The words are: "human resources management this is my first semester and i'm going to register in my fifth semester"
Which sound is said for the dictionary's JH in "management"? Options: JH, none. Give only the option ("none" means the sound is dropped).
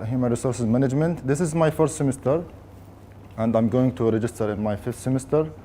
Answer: JH